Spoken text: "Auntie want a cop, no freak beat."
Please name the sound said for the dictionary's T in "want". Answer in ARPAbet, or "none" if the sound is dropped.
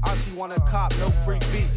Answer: none